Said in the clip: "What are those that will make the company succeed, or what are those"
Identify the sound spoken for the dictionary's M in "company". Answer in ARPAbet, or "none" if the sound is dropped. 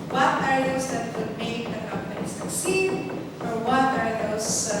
M